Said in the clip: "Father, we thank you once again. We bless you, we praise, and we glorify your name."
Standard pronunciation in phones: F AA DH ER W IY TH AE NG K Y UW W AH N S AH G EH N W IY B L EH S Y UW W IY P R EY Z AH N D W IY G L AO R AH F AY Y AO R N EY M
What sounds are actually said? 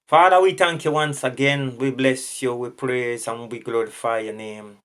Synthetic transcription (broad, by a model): F AA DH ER W IY T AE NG K Y UW W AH N S AH G EH N W IY B L EH S Y UW W IY P R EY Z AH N W IY G L AO R AH F AY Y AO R N EY M